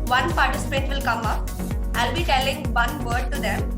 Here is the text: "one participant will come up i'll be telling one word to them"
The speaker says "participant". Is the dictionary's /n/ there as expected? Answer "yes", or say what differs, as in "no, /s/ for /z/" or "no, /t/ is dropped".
no, /n/ is dropped